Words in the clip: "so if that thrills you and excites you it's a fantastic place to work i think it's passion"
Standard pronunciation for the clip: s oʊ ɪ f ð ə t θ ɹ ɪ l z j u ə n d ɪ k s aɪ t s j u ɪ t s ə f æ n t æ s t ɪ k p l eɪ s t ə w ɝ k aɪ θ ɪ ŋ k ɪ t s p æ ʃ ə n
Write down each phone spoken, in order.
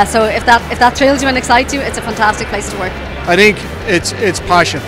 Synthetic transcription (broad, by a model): s oʊ ɪ f ð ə t t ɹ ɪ l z j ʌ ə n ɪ k s aɪ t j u ɪ t s ə f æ n t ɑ s t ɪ k p l eɪ s t ə w ɝ k aɪ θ ɪ ŋ k ɪ t s p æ ʃ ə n